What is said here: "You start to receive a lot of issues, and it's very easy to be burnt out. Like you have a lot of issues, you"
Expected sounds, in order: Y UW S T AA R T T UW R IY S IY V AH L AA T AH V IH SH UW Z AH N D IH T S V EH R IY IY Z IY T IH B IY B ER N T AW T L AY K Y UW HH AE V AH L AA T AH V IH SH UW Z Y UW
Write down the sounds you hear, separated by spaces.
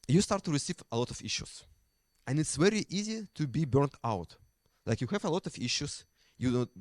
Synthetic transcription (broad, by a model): Y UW S T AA R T T UW R IY S IY V AH L AA T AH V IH SH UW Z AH N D IH T S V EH R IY IY Z IY T IH B IY B ER N T AW T L AY K Y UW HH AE V AH L AA T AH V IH SH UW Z Y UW